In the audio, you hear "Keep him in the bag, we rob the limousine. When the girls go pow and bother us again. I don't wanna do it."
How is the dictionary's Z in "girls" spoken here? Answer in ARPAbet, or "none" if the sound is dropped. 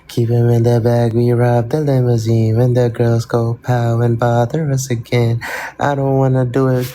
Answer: Z